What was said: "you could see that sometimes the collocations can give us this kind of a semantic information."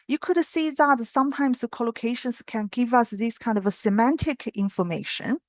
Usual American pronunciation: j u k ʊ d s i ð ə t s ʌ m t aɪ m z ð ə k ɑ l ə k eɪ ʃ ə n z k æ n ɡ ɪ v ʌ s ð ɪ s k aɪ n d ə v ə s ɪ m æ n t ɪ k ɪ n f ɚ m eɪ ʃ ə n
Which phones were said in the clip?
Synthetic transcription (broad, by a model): j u k ʊ d s i ð ə t s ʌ m t aɪ m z ð ə k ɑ l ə k eɪ ʃ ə n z k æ n ɡ ɪ v ʌ s ð ɪ s k aɪ n d ə v ə s ɪ m æ n t ɪ k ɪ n f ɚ m eɪ ʃ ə n